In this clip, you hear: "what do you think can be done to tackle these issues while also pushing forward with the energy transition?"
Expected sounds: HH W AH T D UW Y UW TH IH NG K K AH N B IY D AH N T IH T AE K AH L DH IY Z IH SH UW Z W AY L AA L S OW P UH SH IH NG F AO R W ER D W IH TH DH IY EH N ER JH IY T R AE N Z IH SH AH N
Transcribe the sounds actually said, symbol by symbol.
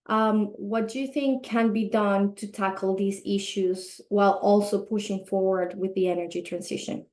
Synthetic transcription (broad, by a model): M W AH T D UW Y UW TH IH NG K K AH N B IY D AH N T IH T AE K L DH IY Z IH SH UW Z W AY L AA L S OW P UH SH IH NG F AO R W ER D W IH DH IY EH N ER JH IY T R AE N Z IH SH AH N